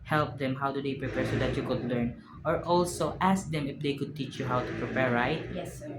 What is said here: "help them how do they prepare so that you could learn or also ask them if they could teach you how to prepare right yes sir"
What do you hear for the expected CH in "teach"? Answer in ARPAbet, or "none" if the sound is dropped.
CH